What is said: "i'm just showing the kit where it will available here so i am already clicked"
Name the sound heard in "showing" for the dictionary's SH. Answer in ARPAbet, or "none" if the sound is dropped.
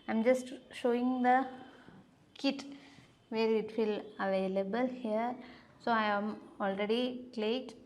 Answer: SH